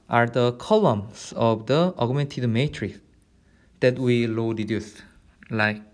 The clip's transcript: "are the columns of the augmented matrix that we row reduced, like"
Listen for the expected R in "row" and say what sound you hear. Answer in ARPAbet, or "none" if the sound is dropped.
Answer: L